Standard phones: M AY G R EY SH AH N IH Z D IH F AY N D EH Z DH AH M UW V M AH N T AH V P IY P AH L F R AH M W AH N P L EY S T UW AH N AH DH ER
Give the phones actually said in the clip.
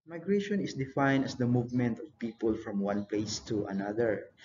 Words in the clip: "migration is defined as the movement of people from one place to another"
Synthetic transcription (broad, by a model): M AY G R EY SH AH N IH S D IH F AY N D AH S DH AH M UW V M AH N T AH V P IY P AH L F R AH M W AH N P L EY S T UW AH N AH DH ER